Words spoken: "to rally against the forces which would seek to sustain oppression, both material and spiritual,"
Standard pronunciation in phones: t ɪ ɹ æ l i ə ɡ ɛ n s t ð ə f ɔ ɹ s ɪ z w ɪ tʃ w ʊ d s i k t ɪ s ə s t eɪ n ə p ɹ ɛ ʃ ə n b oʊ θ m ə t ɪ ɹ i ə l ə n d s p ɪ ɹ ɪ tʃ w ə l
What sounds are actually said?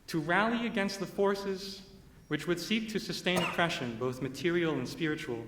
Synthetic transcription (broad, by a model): t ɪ ɹ æ l i ə ɡ ɛ n s t ð ə f ɔ ɹ s ɪ z w ɪ tʃ w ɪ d s i k t ɪ s ə s t eɪ n ə p ɹ ɛ ʃ ə n b oʊ θ m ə t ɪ ɹ i l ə n s p ɪ ɹ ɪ tʃ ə l